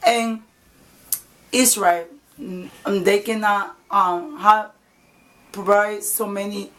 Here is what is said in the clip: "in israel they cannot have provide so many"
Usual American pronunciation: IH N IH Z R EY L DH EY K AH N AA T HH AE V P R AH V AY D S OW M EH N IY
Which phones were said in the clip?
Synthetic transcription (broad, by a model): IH N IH S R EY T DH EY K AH N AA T HH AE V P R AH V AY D S OW M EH N IY